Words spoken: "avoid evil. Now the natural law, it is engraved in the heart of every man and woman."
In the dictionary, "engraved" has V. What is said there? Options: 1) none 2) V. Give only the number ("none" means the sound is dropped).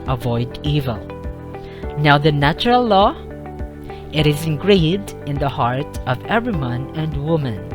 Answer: 1